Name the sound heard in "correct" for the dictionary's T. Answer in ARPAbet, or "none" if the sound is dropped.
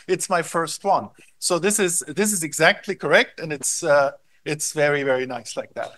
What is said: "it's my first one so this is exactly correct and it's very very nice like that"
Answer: T